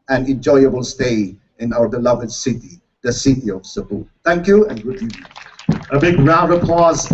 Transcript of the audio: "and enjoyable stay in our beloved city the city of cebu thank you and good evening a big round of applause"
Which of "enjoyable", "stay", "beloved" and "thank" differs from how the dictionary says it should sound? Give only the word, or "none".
thank